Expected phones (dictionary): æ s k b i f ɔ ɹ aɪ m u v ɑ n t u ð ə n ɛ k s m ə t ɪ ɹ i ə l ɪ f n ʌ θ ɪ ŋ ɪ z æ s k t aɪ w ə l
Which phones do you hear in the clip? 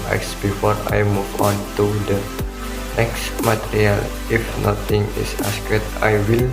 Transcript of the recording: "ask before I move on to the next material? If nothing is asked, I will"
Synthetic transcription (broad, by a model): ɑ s b i f ɔ ɹ aɪ m u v ɑ n t u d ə n ɛ k s m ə t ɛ ɹ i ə l ɪ f n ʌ t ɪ ŋ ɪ s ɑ s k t aɪ w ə l